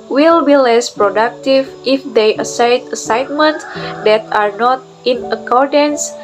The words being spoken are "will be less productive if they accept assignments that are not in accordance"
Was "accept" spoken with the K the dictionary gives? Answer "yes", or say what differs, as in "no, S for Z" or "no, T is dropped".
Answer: no, K is dropped